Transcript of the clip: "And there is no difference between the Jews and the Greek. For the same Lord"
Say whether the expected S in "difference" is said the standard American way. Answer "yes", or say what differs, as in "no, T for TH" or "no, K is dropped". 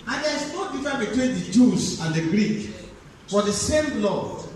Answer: no, S is dropped